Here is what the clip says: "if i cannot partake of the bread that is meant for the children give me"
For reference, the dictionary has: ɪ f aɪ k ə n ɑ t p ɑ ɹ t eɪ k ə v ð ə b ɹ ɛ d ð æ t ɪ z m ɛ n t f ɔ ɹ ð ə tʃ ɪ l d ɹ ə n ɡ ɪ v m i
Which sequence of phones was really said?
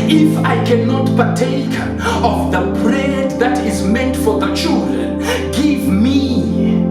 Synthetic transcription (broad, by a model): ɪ f aɪ k ə n ɑ t p ɑ ɹ t eɪ k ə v ð ə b ɹ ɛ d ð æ t ɪ z m ɛ n t f ɔ ɹ ð ə tʃ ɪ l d ɹ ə n ɡ ɪ v m i